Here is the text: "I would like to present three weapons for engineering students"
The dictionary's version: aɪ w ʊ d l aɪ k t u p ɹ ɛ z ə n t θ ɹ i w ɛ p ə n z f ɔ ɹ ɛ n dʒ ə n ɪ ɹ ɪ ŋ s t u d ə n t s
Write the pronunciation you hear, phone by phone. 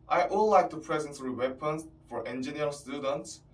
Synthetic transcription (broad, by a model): aɪ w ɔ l l aɪ k t u p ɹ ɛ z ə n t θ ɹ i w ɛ p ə n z f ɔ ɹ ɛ n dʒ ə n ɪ ɪ s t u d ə n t s